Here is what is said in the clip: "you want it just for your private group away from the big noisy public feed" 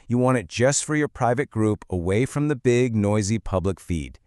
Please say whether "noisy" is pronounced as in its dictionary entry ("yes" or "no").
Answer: yes